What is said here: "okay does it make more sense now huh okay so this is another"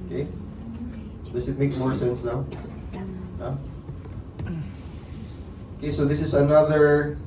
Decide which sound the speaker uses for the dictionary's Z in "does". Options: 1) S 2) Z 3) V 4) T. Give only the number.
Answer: 1